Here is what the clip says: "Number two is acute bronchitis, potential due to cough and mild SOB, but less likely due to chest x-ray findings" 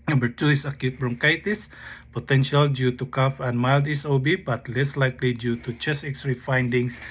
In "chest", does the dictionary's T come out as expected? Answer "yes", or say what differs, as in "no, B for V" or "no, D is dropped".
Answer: no, T is dropped